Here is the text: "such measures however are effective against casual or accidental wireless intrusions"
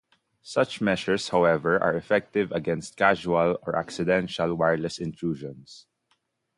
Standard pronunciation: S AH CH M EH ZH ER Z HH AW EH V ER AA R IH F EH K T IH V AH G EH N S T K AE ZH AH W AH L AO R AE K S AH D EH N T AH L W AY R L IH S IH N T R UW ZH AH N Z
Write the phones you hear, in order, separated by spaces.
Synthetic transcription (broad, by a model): S AH CH M EH SH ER S HH AW EH V ER AA R IH F EH K T IH V AH G EH N S T K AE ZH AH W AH L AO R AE K S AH D EH N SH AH L W AY R L IH S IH N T R UW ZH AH N S